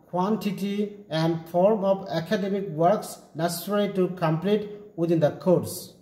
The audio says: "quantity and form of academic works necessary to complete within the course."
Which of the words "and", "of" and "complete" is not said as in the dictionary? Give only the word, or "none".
of